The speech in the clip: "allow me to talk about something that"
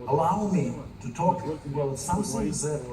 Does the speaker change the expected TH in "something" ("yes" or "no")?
yes